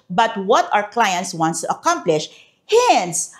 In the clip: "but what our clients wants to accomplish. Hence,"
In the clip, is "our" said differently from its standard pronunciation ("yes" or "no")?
yes